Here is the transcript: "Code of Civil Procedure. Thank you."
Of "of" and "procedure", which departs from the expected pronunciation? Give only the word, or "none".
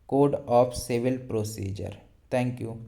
of